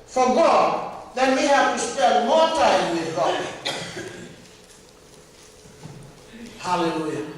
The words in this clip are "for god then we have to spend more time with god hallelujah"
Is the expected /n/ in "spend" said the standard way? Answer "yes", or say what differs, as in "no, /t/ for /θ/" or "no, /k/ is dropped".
no, /n/ is dropped